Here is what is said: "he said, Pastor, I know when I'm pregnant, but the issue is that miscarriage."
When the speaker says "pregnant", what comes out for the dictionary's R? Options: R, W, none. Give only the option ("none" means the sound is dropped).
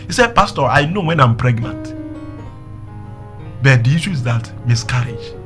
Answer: R